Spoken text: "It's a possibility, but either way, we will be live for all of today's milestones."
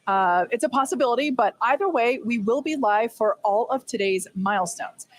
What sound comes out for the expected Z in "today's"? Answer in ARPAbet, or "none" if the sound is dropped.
Z